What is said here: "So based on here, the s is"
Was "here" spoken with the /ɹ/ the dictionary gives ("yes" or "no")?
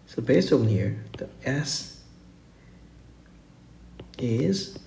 yes